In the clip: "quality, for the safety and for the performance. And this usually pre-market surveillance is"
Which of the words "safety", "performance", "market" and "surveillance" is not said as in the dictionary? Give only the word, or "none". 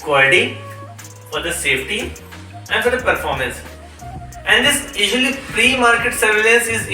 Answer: surveillance